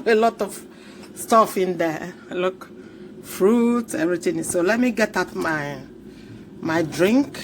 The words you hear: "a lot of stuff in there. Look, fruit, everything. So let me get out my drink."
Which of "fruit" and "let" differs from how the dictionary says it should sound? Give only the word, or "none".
none